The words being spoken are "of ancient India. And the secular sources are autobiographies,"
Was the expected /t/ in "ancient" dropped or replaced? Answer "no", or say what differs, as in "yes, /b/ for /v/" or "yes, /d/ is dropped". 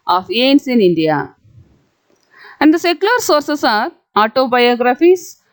yes, /t/ is dropped